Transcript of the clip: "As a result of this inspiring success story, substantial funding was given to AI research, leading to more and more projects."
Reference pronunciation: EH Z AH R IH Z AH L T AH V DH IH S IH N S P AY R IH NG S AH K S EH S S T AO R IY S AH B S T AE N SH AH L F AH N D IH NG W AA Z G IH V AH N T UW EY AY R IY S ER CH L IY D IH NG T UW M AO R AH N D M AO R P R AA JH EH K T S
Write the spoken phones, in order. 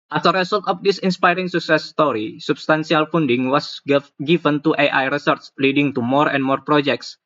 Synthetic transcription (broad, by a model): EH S AH R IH S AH L T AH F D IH S IH N S P AY R IH NG S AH K S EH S S T AO R IY S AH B S T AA N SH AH L F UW N D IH NG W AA S G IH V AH N T UW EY AY R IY S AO S L IY D IH NG T UW M AO R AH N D M AO R P R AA JH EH K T S